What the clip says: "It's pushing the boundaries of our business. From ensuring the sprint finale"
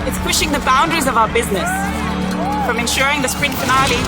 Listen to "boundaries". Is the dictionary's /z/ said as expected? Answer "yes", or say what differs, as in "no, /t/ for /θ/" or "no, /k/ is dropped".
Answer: yes